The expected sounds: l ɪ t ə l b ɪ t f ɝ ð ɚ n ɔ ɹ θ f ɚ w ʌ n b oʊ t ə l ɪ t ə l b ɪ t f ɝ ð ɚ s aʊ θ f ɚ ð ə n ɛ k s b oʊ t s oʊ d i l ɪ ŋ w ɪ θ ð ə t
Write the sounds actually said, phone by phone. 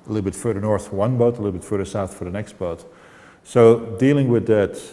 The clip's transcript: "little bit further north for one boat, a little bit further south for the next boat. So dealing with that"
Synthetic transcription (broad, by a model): l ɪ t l b ɪ t f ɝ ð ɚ n ɔ ɹ θ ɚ w ʌ n b oʊ t ə l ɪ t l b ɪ t f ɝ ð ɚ s aʊ θ f ɚ ð ə n ɛ k s b oʊ t s oʊ d i l ɪ ŋ w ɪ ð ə t